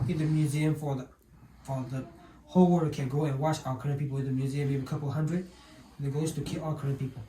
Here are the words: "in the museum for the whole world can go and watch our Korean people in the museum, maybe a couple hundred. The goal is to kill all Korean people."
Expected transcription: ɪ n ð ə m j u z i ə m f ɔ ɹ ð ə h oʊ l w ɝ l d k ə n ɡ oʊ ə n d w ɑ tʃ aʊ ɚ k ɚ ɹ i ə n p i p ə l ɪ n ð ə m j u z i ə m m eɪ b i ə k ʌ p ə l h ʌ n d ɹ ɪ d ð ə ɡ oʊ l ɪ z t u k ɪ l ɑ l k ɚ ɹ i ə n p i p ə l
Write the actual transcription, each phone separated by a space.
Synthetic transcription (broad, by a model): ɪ n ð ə m j u z i ə m f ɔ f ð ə h oʊ l w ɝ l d k ə n ɡ oʊ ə n w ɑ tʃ aʊ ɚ k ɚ ɹ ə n p i p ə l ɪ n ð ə m j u z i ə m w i i ə k ʌ p ə l h ʌ n d ɹ ɪ d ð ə ɡ oʊ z t u k ɪ l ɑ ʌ k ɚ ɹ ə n p i p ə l